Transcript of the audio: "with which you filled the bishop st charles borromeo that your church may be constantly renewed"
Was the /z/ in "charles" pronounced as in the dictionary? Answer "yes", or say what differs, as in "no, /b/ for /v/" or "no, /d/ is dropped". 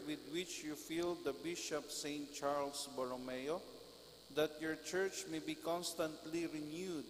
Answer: no, /s/ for /z/